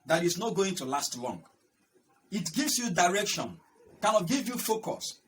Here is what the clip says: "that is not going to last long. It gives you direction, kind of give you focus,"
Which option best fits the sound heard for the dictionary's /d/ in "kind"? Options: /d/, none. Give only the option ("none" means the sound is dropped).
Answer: none